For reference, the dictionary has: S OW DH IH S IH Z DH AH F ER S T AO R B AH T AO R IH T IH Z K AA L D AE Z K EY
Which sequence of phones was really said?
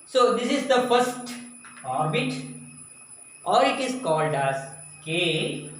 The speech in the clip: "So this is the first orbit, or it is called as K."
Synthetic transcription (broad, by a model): S OW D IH S IH Z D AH F ER S T AO R B AH T AO R IH T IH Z K AA L D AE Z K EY